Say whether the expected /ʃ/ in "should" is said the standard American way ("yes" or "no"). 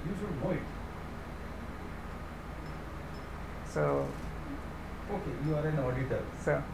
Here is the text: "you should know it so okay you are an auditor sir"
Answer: no